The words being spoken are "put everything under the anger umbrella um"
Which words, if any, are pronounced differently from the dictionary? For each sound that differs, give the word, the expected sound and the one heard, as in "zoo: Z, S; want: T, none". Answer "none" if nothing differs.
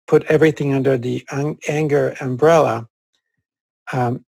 none